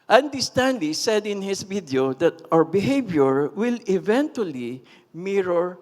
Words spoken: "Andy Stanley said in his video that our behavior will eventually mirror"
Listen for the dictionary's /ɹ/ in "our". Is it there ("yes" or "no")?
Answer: yes